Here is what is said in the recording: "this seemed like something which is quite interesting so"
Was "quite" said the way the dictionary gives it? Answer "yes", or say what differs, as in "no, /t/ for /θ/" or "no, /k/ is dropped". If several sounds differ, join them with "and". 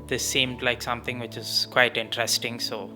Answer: yes